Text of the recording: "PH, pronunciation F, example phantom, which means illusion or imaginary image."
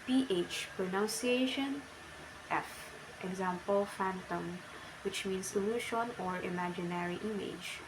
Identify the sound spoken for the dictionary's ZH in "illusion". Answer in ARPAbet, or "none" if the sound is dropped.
SH